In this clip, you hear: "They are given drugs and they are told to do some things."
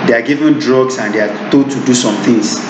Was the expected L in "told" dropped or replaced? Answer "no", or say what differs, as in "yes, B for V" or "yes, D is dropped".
yes, L is dropped